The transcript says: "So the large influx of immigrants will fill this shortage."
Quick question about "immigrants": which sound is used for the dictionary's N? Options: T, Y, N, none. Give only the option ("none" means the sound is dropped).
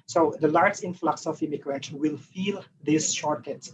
none